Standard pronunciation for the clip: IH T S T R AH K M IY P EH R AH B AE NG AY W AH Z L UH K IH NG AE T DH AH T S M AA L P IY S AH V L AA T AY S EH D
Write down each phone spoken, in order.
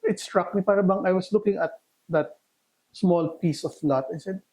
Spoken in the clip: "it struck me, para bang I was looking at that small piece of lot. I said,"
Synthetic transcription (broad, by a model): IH T S T R AH K M IY P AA R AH B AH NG AY W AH S L UH K IH NG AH T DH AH T S M AA L P IY S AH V L AA T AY S EH D